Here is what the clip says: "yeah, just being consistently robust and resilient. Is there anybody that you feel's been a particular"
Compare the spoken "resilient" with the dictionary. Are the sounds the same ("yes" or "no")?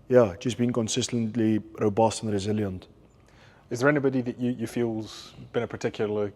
yes